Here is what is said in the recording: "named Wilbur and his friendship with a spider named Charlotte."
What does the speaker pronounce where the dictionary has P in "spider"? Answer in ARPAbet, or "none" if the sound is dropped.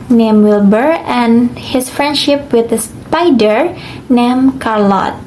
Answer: P